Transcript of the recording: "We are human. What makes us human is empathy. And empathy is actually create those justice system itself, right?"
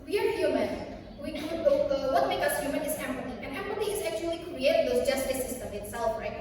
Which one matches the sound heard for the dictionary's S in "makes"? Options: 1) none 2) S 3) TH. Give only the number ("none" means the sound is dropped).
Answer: 1